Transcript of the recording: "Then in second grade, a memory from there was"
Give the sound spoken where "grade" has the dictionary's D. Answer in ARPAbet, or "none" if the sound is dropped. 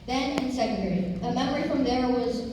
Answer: none